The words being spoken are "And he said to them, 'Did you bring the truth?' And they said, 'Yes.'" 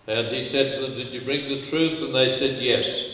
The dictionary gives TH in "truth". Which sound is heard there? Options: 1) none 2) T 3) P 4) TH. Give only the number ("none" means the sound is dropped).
4